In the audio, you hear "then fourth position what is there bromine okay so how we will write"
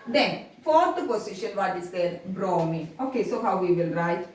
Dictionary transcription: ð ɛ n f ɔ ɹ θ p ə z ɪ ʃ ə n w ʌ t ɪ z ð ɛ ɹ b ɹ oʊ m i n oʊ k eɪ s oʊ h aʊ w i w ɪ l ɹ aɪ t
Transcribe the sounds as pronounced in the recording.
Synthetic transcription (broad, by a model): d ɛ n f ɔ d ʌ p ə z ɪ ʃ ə n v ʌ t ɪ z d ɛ ɹ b ɹ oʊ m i oʊ k eɪ s oʊ h aʊ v i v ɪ l ɹ aɪ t